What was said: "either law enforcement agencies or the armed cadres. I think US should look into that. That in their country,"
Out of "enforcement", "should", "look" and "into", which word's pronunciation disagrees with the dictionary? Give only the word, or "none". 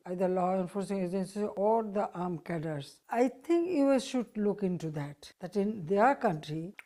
enforcement